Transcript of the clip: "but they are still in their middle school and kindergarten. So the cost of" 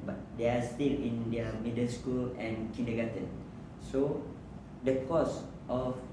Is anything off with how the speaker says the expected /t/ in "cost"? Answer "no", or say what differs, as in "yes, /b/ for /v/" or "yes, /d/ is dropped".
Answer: no